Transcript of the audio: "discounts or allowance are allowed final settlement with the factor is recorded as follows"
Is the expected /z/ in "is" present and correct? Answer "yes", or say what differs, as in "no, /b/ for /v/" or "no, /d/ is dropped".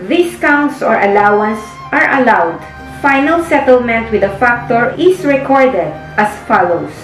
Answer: no, /s/ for /z/